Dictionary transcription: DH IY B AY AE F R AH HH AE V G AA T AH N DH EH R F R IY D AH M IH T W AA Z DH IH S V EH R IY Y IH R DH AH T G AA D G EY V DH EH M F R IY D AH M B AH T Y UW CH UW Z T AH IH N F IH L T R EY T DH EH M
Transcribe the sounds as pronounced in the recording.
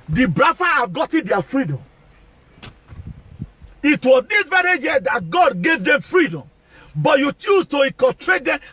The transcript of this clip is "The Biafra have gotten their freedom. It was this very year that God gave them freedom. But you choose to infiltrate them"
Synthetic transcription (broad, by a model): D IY B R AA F AH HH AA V G AA T AH N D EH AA F R IY D AH M IH T W AA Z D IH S V EH R IY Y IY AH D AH T G AA D G EY V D EH M F R IY D AH M B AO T Y UW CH UW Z T AH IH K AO T R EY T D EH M